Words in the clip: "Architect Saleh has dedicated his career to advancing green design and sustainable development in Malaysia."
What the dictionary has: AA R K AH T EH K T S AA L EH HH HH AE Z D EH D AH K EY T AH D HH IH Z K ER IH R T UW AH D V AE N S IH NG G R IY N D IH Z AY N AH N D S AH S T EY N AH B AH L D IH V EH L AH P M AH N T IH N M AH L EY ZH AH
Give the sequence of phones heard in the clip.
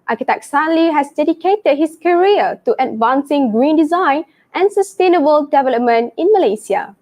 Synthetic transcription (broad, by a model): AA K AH T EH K S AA L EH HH HH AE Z D EH D AH K EY T AH D HH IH S K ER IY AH T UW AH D V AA N S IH NG G R IY N D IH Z AY N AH N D S AH S T EY N AH B AH L D IH V EH L AH P M AH N T IH N M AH L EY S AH